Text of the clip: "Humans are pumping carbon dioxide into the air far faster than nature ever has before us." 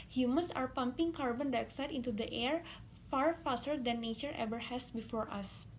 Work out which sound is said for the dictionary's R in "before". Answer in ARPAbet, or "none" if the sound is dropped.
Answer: R